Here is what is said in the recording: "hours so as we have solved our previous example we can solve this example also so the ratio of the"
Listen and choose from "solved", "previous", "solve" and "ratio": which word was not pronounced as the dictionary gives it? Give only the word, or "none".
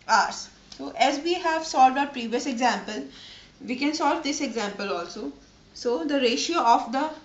none